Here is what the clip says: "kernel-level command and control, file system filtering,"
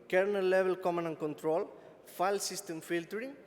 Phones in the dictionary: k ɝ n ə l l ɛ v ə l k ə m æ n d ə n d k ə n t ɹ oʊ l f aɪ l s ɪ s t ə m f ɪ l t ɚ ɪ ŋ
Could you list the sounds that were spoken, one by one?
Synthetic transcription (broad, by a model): k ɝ n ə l l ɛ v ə l k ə m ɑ n ə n k ə n t ɹ oʊ l f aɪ l s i s t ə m f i l t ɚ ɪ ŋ